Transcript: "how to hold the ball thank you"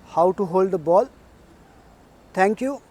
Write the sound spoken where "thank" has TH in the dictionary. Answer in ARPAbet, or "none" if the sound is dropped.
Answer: T